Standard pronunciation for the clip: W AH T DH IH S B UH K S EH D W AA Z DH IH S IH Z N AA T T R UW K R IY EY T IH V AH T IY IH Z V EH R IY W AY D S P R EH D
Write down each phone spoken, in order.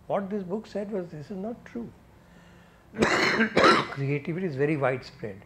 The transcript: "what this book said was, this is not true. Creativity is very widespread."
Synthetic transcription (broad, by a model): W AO T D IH S B UH K S EH D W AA Z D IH S IH Z N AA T T R UW K R IY EY T IH V AH T IY Z V EH R IY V AY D S P R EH D